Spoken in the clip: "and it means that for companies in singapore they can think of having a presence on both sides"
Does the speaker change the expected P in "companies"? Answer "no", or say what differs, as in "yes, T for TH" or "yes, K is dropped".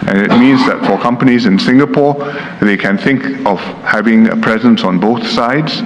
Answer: no